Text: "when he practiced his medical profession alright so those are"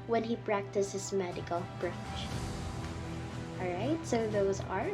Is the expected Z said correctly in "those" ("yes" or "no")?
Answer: yes